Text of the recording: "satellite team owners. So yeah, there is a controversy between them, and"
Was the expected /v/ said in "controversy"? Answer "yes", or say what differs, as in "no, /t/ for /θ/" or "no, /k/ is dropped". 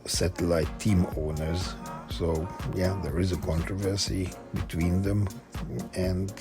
yes